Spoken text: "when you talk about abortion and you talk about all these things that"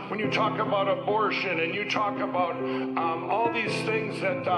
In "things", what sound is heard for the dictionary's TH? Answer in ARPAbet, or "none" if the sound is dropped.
TH